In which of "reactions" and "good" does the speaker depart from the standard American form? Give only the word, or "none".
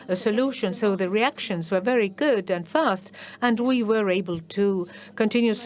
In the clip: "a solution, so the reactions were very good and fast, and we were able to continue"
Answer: none